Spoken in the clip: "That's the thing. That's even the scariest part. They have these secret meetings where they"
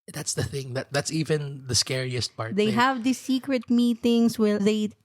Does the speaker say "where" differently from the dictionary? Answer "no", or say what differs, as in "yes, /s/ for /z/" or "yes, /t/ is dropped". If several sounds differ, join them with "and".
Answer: yes, /l/ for /ɹ/